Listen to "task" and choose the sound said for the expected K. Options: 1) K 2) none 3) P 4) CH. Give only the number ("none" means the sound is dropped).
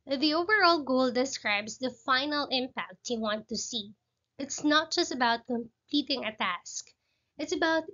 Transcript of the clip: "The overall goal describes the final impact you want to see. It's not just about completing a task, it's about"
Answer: 1